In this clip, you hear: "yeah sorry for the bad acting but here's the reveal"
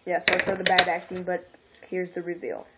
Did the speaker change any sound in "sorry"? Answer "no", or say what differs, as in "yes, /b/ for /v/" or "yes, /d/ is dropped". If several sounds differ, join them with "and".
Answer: yes, /ɹ/ is dropped